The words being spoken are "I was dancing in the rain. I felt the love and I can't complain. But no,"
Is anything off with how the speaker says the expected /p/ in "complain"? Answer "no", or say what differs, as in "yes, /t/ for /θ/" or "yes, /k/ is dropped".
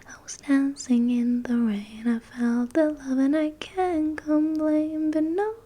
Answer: yes, /b/ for /p/